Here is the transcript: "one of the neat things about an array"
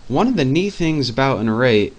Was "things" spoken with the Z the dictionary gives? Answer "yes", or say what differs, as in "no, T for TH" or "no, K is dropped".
yes